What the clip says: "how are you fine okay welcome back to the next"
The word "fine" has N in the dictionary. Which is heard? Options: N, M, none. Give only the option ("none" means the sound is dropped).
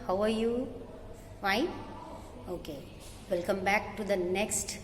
none